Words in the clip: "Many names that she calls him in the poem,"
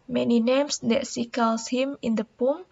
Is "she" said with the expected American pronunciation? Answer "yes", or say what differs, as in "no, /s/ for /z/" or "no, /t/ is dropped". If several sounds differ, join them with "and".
no, /s/ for /ʃ/